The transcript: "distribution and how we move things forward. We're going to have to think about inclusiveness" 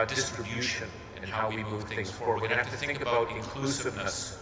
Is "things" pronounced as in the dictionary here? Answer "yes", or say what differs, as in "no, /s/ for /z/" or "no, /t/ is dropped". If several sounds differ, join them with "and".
yes